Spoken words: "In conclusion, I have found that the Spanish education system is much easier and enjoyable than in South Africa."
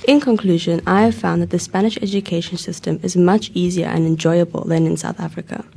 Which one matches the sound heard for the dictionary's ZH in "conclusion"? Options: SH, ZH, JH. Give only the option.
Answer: ZH